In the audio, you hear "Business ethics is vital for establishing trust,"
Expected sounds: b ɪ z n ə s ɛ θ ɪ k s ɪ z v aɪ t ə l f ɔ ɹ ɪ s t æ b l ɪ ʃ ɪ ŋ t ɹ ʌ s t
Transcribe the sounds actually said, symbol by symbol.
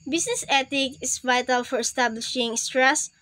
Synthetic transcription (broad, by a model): b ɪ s n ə s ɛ t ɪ k ɪ s v aɪ t ə l f ɔ ɹ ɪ s t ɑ b l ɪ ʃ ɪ ŋ t ɹ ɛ s